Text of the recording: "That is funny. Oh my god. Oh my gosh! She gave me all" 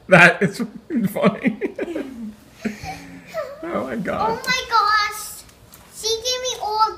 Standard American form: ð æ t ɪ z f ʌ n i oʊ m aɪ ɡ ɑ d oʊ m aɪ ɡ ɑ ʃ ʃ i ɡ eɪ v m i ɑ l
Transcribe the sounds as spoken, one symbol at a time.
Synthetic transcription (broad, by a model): ð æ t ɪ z f ʌ n i oʊ m aɪ ɡ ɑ oʊ m aɪ ɡ ɑ ʃ s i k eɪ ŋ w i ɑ l